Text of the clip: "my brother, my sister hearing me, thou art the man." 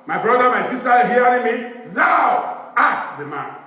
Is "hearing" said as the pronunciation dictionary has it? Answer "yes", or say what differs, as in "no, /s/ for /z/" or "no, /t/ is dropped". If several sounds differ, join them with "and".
no, /ɹ/ is dropped